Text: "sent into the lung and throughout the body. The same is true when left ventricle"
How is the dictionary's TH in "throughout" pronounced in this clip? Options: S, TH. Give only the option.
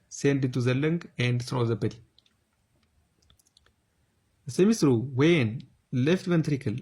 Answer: S